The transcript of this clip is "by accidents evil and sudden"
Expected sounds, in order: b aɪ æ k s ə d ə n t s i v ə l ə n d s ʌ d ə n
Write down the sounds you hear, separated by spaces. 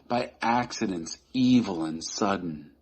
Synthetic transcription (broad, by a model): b aɪ æ k s ə d ə n t s i v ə l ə n s ʌ d n